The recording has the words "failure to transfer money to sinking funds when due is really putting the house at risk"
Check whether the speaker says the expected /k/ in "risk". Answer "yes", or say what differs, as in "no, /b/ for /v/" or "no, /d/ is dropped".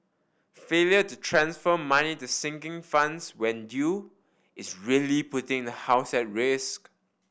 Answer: yes